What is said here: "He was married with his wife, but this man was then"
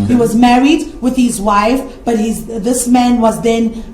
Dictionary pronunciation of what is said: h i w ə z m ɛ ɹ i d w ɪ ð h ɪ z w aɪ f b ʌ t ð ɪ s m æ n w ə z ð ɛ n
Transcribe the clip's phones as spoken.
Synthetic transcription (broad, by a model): h i w ə z m ɛ ɹ i d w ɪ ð h ɪ z w aɪ f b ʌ t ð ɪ s m æ n w ə z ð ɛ n